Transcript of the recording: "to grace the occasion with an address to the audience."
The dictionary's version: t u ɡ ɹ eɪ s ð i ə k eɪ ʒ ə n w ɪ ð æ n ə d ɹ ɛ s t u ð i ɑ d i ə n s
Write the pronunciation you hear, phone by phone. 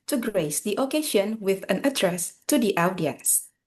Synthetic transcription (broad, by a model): t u ɡ ɹ eɪ s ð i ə k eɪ ʃ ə n w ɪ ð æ n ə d ɹ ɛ s t u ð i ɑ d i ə n s